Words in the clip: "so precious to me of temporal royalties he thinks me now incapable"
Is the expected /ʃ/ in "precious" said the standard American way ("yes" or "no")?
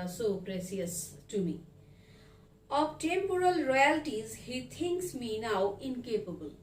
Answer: no